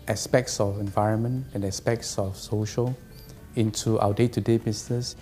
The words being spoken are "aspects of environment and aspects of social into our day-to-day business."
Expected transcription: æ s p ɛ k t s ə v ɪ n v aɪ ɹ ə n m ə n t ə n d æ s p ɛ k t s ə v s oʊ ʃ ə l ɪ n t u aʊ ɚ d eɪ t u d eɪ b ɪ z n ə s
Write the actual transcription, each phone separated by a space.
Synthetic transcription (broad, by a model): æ s p ɛ k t s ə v ɪ n v aɪ ɹ ə n m ə n t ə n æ s p ɛ k t s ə f s oʊ ʃ ə l ɪ n t u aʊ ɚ d eɪ t u d eɪ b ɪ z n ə s